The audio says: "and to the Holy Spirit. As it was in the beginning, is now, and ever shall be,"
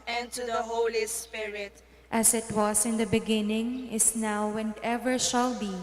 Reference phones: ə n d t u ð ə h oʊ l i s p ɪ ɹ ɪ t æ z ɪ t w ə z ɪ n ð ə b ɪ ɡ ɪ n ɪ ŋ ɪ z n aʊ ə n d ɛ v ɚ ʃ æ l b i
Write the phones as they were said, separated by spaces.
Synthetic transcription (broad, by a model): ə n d t u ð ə h oʊ l i s p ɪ ɹ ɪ t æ s ɪ t w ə s ɪ n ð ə b ɪ ɡ ɪ n ɪ ŋ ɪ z n aʊ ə n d ɛ v ɚ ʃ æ l b i